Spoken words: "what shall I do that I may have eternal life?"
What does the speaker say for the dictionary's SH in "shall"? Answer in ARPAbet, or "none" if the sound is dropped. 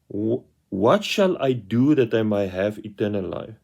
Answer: SH